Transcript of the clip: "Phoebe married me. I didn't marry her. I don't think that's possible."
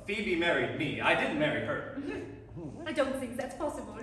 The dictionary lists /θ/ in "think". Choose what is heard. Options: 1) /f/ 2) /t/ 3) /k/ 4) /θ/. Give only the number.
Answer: 4